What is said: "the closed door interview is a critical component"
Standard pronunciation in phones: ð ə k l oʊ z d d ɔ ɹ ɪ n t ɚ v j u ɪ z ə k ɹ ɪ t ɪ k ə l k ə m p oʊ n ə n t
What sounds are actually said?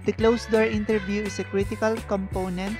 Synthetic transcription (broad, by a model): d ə k l oʊ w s d ɔ ɹ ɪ n t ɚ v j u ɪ s ə k ɹ ɪ t ɪ k ə l k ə m p oʊ n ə n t